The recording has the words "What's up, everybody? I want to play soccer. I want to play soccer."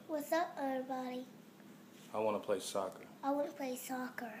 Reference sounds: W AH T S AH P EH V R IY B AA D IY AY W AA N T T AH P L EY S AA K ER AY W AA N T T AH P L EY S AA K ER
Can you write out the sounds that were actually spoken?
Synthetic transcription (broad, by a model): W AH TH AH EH R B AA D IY AY W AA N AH P L EY S AA K ER AY W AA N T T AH P L EY S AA K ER